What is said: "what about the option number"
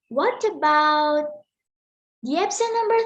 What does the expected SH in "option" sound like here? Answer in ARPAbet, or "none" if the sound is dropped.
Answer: S